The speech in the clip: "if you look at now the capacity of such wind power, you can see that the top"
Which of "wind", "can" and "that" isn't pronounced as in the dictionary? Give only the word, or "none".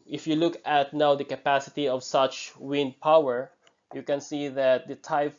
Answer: none